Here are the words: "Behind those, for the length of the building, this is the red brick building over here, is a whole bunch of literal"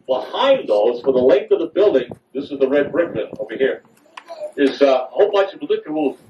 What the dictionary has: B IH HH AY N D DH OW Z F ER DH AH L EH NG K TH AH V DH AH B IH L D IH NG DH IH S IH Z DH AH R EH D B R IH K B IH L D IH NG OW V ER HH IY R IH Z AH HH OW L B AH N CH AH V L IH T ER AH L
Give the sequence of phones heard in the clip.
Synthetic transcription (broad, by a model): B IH HH AY N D DH OW Z F ER DH AH L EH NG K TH AH V DH AH B IH L D IH NG DH IH S IH Z DH AH R EH D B R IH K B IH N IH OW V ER HH IY R IH Z AH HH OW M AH CH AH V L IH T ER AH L